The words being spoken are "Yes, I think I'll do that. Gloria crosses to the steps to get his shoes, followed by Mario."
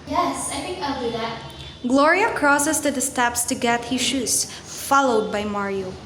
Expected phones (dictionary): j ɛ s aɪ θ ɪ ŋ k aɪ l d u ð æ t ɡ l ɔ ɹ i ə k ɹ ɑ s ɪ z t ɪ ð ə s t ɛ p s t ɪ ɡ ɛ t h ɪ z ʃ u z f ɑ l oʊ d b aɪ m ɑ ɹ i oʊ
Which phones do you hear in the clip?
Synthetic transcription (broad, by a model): j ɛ s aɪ f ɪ k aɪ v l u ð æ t ɡ l ɔ ɹ i ə k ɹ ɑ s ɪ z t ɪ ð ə s t ɛ p s t ɪ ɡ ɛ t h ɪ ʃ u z f ɑ l oʊ d b aɪ m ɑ ɹ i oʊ